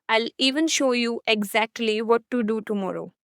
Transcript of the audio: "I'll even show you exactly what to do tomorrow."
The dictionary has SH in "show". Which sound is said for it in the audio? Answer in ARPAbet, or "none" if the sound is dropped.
SH